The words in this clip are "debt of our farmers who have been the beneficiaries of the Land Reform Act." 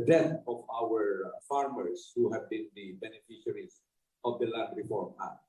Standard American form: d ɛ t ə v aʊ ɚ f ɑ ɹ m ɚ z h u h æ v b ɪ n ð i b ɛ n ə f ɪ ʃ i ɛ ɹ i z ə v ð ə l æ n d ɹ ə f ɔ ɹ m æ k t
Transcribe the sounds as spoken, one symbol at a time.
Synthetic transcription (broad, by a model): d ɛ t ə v aʊ ɚ f ɑ ɹ m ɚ s h u h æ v b ɪ n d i b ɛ n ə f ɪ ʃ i ɹ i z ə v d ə l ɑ d ɹ ə f ɔ ɹ m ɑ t